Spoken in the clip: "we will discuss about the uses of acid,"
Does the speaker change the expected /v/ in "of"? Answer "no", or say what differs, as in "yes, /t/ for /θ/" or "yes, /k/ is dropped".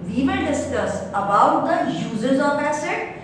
yes, /p/ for /v/